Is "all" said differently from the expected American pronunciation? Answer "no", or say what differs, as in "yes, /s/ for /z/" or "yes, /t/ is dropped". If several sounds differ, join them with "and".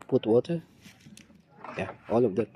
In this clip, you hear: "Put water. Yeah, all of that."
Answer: no